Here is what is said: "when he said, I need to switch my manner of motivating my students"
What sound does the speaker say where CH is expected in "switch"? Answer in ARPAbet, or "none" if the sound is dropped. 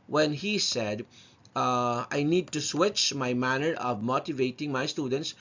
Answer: CH